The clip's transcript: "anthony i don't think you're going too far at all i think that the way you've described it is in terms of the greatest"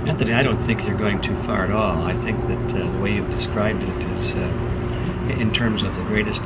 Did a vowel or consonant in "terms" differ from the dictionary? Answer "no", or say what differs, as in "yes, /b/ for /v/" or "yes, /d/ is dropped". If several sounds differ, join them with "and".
no